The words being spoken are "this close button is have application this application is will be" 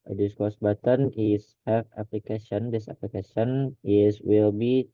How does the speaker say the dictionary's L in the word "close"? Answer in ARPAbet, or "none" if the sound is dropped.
none